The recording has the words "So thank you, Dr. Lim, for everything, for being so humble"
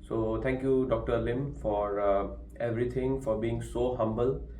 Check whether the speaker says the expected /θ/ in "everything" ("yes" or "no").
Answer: no